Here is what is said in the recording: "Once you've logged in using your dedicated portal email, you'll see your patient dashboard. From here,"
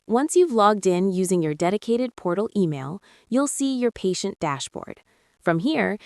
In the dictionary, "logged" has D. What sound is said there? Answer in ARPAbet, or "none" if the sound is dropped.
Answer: D